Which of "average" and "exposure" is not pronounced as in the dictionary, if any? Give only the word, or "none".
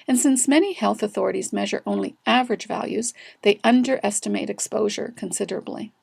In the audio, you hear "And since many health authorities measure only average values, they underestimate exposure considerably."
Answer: none